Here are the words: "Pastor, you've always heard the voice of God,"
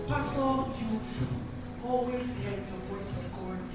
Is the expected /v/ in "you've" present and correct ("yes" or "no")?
no